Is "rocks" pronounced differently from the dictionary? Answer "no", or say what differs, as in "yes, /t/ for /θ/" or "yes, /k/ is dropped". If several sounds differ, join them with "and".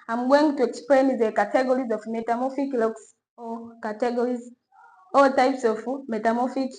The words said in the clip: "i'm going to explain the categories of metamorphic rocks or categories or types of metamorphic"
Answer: yes, /l/ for /ɹ/